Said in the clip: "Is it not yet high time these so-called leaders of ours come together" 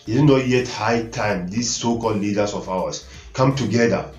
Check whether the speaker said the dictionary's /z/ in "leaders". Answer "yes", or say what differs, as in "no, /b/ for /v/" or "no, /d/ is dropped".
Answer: no, /s/ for /z/